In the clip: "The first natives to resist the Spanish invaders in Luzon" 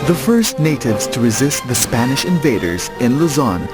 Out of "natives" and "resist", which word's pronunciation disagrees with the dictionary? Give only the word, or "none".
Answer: none